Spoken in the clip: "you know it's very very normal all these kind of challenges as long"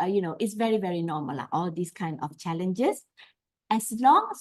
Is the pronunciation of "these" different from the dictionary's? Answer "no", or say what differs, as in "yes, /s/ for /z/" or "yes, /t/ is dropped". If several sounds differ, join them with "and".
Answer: yes, /s/ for /z/